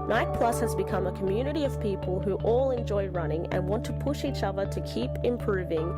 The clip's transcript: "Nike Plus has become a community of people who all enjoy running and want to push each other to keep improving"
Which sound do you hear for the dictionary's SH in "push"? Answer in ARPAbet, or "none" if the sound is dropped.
SH